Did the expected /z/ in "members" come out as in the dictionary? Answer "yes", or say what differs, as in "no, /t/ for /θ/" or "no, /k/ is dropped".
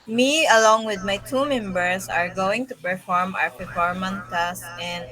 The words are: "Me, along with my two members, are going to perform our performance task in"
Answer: no, /s/ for /z/